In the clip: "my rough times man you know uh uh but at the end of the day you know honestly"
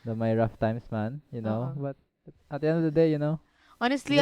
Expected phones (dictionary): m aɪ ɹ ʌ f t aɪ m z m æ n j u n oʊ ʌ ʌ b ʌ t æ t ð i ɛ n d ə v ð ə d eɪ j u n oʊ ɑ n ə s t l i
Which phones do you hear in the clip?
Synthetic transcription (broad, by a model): m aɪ ɹ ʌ f t aɪ m s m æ n j u n oʊ b ʌ t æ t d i ɛ n d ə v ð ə d eɪ j u n oʊ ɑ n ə s t l i